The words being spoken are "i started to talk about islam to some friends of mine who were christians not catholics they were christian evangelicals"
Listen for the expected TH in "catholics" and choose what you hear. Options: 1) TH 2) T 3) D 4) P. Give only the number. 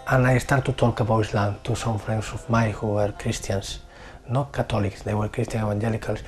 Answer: 2